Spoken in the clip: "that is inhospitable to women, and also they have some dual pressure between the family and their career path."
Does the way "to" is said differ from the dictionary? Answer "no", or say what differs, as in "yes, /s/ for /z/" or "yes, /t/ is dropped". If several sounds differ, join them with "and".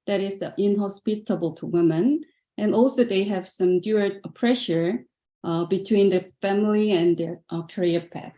no